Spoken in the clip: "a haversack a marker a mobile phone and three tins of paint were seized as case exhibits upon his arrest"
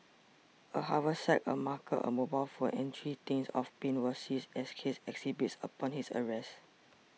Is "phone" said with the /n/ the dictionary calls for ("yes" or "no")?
no